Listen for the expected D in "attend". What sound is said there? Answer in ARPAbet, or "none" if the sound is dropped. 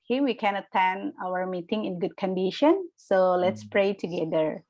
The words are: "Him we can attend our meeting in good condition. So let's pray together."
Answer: none